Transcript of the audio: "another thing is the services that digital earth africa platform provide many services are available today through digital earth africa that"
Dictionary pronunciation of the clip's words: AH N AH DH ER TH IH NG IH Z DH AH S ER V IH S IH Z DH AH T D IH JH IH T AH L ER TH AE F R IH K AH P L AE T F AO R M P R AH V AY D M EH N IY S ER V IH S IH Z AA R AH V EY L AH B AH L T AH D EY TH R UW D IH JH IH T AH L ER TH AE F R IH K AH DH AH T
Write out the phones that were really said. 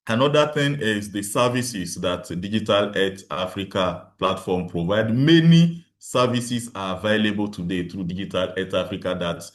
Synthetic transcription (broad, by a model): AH N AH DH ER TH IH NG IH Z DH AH S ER V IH S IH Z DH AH T D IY JH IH T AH L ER T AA F R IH K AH P L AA T F AO M P R AH V AY D M EH N IY S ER V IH S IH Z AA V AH IH L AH B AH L T AH D EY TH R UW D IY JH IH T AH L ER T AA F R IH K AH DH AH T